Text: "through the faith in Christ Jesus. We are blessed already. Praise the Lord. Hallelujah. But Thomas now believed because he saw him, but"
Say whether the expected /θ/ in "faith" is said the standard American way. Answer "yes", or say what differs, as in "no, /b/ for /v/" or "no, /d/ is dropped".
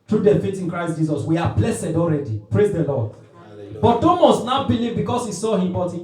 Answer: no, /t/ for /θ/